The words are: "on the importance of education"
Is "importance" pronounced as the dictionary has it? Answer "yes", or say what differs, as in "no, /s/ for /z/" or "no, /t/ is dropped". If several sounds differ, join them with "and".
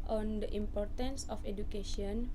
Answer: yes